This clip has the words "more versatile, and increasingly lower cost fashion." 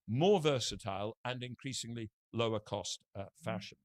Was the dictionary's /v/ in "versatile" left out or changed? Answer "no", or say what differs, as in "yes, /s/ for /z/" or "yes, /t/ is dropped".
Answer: no